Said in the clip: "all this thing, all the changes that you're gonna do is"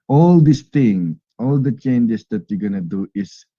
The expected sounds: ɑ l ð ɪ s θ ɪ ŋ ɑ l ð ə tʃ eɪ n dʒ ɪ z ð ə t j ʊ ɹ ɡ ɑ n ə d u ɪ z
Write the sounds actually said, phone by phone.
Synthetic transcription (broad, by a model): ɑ l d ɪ s t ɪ ŋ ɑ l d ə tʃ eɪ n dʒ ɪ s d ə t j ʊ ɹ ɡ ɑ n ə d u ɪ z